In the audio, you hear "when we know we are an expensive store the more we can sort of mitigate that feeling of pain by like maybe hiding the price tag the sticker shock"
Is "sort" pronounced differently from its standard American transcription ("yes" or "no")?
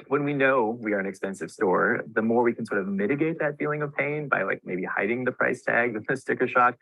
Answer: no